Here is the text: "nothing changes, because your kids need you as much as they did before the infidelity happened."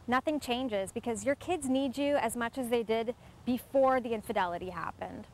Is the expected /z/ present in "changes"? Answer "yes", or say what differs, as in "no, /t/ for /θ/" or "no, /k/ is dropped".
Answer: yes